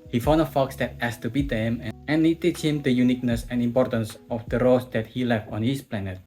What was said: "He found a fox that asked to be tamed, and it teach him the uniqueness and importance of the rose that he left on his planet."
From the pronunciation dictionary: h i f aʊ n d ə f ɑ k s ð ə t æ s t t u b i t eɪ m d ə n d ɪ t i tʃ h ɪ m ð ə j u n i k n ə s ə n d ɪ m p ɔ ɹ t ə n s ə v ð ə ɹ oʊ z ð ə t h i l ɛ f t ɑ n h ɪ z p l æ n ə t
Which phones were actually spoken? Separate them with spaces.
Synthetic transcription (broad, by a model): h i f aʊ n ə f ɑ k s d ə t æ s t t u b i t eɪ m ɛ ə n ɪ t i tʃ h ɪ m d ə j u n i k n ə s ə n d ɪ m p ɔ ɹ t ə n s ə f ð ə ɹ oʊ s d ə t h i l ɛ f t ɑ n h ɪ s p l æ n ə t